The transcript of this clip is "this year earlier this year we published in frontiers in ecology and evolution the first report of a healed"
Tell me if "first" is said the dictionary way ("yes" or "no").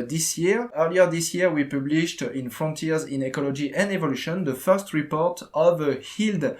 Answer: yes